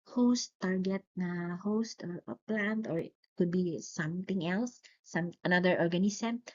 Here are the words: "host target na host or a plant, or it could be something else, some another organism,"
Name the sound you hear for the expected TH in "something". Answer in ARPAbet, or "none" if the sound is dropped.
T